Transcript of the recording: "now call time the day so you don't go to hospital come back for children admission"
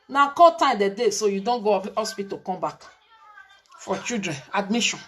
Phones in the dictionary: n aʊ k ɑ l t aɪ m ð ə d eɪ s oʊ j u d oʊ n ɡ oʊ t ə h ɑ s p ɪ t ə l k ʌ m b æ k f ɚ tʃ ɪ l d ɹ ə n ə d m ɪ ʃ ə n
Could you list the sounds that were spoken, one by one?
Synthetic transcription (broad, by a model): n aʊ k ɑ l t aɪ m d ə d eɪ s oʊ j u d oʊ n ɡ oʊ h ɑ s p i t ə k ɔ m b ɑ k f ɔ tʃ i d ɹ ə n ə d m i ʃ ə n